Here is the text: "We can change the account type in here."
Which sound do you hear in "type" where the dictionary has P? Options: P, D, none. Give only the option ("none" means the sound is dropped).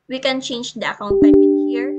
none